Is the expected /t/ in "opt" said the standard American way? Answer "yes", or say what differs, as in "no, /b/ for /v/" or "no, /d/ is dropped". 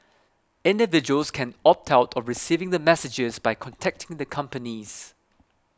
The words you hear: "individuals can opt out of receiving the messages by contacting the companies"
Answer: yes